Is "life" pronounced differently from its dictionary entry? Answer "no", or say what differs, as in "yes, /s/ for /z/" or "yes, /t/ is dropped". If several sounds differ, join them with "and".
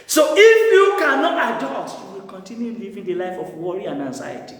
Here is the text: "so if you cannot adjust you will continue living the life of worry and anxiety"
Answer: no